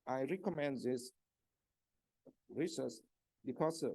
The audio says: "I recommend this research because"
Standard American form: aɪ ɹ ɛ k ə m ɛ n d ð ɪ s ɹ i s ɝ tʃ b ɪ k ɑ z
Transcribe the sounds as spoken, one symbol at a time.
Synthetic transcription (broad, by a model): aɪ ɹ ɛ k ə m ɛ n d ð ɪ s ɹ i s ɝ s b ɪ k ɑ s